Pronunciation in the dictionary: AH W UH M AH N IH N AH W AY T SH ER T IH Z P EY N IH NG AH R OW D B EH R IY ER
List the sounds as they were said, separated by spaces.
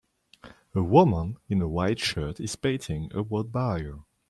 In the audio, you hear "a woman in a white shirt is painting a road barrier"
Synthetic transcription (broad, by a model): AH W UH M AH N IH N AH W AY T SH ER T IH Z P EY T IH NG AH W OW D B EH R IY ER